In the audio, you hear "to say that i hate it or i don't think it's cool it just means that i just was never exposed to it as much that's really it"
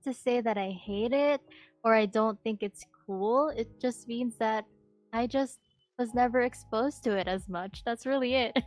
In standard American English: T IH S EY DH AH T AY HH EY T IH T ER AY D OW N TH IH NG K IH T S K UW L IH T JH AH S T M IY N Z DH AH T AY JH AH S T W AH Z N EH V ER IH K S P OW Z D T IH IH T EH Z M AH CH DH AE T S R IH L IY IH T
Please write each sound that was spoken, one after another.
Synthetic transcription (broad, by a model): T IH S EY DH AH T AY HH EY T IH T ER AY D OW N TH IH NG K IH T S K UW L IH T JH AH S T M IY N Z DH AH T AY JH AH S T W AH Z N EH V ER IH K S P OW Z T IH IH T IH Z M AH CH DH AE T S R IH L IY IH T